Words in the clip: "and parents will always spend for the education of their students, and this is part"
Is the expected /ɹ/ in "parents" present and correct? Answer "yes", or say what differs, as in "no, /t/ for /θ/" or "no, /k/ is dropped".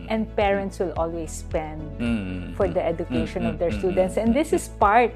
yes